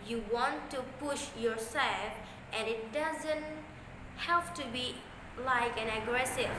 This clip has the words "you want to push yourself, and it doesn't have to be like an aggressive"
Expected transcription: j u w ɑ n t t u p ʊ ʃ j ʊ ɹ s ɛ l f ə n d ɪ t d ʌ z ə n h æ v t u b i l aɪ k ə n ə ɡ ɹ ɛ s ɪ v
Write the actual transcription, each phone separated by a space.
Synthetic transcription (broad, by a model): j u w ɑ n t t u p ʊ ʃ j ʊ ɹ s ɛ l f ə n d ɪ t d ʌ z ə n h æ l t u b i l aɪ k ə n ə ɡ ɹ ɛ s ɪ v